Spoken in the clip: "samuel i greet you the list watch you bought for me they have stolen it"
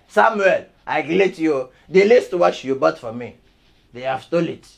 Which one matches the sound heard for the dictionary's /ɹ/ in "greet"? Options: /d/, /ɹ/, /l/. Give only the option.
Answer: /l/